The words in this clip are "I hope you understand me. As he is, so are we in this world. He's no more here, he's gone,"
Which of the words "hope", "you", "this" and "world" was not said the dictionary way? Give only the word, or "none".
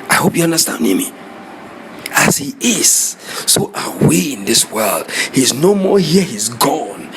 none